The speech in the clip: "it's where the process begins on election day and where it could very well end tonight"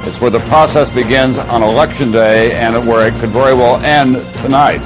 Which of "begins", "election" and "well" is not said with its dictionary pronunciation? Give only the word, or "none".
none